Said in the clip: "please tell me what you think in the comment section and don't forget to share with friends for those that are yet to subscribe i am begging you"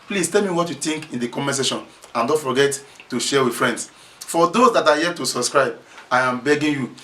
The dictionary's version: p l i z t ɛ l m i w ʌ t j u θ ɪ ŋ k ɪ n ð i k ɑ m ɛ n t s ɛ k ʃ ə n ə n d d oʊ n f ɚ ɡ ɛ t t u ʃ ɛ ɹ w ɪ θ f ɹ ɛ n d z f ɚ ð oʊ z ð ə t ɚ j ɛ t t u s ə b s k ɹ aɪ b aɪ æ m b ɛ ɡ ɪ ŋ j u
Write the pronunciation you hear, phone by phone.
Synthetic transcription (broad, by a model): p l i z t ɛ l m i w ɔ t j u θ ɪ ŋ k ɪ n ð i k ɑ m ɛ s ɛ ʃ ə n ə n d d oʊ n f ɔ ɡ ɛ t t u ʃ ɛ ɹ w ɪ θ f ɹ ɛ n d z f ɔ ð oʊ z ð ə t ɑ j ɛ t t u s ə b s k ɹ aɪ b aɪ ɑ m b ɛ ɡ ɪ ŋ j u